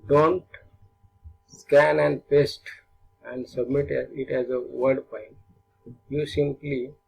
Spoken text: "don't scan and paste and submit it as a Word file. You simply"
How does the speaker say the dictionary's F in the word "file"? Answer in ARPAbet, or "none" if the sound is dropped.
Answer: P